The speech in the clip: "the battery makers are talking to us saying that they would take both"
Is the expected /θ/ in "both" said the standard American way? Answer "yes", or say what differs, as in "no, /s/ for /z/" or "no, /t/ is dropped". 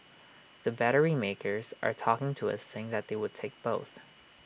yes